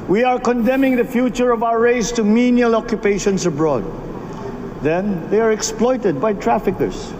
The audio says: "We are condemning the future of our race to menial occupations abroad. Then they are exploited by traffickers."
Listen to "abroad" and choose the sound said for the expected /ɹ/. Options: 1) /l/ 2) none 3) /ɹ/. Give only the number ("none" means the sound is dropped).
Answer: 3